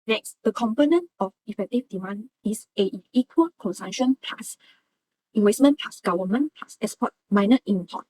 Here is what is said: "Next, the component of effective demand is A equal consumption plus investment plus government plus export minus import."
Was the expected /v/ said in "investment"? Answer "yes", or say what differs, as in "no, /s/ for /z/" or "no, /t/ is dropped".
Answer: no, /w/ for /v/